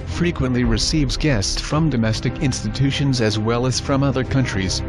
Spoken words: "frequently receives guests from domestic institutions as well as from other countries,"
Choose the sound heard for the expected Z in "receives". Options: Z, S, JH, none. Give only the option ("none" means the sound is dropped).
Z